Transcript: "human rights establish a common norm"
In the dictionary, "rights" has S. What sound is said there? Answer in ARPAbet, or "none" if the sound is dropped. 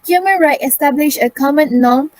none